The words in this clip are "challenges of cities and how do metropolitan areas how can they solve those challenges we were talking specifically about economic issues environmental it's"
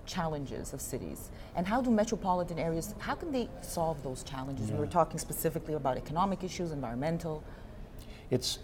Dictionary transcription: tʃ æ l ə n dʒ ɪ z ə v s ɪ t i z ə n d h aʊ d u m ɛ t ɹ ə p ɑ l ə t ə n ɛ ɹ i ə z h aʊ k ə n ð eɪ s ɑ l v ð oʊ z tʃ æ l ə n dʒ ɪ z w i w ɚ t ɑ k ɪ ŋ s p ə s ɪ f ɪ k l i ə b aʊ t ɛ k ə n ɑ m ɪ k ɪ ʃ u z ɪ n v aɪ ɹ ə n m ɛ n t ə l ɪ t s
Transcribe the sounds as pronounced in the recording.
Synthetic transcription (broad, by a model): tʃ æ l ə n dʒ ɪ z ə v s ɪ t i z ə n h aʊ d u m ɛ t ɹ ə p ɑ l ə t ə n ɛ ɹ i ə z h aʊ k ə n ð eɪ s ɑ l v ð oʊ z tʃ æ l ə n dʒ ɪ z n w ɚ t ɑ k ɪ ŋ s p ə s ɪ f ɪ k l i ə b aʊ t ɛ k ə n ɑ m ɪ k ɪ ʃ u z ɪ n v aɪ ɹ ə n m ɛ n t l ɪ t s